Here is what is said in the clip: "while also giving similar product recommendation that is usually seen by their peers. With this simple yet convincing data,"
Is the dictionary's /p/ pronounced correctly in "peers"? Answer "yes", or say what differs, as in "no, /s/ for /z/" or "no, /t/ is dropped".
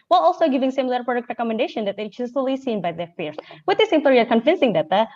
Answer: no, /f/ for /p/